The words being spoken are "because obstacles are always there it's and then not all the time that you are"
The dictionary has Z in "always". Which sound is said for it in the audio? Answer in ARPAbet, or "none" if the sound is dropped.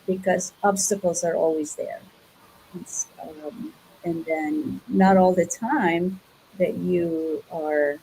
Z